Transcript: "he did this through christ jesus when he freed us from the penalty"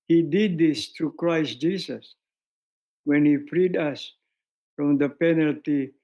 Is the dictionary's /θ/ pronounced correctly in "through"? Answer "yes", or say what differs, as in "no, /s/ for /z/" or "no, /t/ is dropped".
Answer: no, /t/ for /θ/